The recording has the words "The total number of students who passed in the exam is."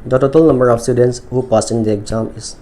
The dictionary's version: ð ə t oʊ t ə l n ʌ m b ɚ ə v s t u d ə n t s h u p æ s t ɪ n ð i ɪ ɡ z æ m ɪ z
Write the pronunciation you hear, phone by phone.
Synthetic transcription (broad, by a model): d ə t oʊ t ə l n ʌ m b ɚ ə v s t u d ə n t s h u p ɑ s ɪ n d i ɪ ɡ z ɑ m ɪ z